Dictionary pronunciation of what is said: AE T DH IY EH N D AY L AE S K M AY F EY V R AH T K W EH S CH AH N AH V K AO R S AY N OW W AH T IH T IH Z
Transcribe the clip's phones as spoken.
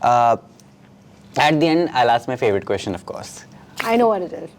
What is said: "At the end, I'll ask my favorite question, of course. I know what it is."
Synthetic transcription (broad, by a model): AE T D IY EH N D AY L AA S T M AY F EY V R AH T K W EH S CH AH N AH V K AO R S AY N OW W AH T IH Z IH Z